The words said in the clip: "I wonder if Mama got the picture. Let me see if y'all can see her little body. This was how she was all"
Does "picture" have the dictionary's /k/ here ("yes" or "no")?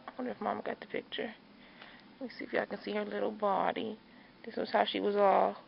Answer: yes